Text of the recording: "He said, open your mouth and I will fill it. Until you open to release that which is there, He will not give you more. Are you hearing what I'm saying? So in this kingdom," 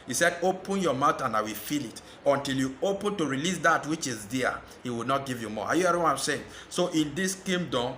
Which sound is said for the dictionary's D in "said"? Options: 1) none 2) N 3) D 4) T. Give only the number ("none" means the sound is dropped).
3